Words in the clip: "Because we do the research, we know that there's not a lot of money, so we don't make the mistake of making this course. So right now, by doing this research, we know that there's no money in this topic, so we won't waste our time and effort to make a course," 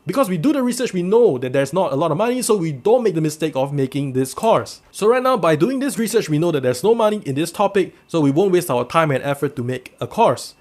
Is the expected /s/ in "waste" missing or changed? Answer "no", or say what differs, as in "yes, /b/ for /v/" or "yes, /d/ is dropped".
no